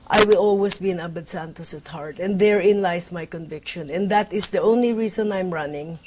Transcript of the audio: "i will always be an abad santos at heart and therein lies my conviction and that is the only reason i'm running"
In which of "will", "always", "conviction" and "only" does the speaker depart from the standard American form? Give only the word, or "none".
always